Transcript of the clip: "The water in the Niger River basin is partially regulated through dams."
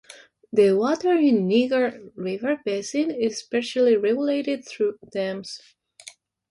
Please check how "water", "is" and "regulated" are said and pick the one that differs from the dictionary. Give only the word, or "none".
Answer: is